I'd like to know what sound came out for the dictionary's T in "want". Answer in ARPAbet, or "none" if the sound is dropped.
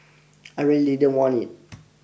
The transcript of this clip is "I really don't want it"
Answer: none